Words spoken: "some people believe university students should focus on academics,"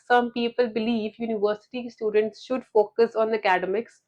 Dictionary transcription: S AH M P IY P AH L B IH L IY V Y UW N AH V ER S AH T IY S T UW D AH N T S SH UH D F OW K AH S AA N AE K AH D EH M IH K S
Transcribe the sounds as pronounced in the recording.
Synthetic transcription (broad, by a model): S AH M P IY P AH L B IH L IY V Y UW N AH V ER S AH T IY S T UW D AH N T S SH UH D F OW K AH S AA N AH K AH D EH M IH K S